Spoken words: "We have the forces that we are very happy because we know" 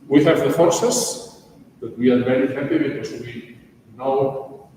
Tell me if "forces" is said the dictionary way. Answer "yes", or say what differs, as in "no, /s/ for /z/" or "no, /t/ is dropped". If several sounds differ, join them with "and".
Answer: no, /s/ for /z/